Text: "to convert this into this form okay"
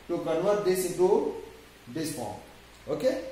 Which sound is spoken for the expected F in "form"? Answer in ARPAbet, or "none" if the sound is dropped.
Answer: P